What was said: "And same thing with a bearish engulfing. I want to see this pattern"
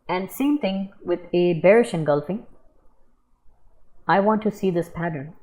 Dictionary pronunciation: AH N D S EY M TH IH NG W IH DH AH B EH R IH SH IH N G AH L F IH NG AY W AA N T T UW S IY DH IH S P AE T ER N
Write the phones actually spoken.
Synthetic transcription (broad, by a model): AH N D S EY M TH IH NG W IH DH AH B EH R IH SH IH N G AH L F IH NG AY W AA N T T UW S IY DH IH S P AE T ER N